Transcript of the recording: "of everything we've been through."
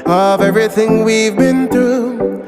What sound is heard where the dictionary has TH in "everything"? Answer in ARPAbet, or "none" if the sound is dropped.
TH